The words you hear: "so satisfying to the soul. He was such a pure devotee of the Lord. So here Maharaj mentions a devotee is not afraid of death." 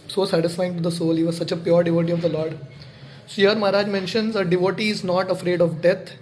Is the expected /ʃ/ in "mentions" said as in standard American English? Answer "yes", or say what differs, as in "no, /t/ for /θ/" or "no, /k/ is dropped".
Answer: yes